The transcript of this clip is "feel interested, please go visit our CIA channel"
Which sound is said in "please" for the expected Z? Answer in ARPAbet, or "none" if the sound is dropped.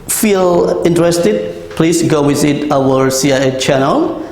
S